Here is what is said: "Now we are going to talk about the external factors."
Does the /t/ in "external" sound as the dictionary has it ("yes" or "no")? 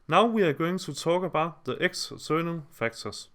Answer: no